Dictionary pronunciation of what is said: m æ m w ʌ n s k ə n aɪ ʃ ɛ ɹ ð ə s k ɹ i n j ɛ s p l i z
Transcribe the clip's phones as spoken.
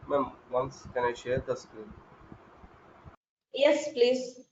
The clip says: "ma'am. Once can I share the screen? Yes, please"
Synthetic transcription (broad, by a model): m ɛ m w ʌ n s k ə n aɪ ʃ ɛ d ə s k i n j ɛ s p l i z